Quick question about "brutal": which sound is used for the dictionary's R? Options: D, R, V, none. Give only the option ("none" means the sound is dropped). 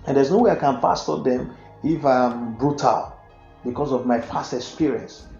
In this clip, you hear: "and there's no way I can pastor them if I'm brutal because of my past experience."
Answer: R